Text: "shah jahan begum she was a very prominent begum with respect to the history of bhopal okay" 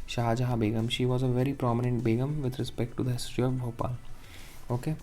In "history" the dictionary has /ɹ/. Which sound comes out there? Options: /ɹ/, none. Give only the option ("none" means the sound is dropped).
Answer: none